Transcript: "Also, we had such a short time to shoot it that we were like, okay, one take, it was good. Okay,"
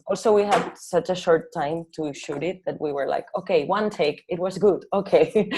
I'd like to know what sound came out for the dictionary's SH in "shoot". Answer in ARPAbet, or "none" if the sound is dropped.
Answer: SH